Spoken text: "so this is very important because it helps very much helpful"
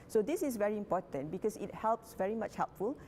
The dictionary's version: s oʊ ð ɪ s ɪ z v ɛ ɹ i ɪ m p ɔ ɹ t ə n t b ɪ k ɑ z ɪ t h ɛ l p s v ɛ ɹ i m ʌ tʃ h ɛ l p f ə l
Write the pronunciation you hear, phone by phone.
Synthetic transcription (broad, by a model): s oʊ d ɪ s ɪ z v ɛ ɹ i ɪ m p ɔ t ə n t b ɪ k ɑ s ɪ t h ɛ l p s v ɛ ɹ i m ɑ tʃ h ɛ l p f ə l